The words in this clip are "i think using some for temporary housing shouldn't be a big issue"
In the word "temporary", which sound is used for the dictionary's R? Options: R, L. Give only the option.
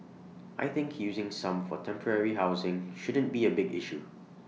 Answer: R